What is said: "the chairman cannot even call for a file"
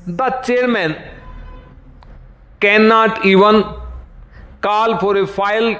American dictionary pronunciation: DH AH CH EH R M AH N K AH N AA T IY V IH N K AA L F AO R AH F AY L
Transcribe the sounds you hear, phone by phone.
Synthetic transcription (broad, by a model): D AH CH EH R M AH N K AH N AA T IY V IH N K AA L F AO R AH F AY L